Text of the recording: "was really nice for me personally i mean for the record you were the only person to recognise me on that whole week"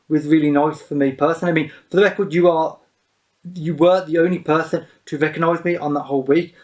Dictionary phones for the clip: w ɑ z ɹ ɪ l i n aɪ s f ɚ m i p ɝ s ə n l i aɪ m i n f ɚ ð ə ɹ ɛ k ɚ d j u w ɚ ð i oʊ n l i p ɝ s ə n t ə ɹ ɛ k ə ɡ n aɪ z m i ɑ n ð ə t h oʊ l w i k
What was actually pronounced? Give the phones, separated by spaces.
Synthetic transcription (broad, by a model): w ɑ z ɹ ɪ l i n aɪ s f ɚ m i p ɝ s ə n i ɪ m i n f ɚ ð ə ɹ ɛ k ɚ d j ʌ w ɚ ð i oʊ n l i p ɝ s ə n t ə ɹ ɛ k ə ɡ n aɪ z m i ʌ n ð ə t h oʊ l w i k